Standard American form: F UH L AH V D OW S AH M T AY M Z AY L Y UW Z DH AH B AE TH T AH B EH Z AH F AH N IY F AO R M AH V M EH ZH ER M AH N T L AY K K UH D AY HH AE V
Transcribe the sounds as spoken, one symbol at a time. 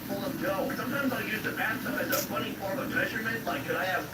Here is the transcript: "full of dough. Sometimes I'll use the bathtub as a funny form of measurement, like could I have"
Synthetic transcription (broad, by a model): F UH L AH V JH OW S AH M T AY M Z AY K Y UW Z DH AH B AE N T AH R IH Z AH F AH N IY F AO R AH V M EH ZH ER M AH N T L AY K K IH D AY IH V